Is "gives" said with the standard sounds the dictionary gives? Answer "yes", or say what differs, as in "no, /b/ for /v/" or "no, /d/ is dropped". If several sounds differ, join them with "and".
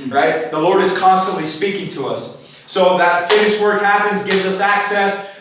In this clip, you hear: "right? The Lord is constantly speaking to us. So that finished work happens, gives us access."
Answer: yes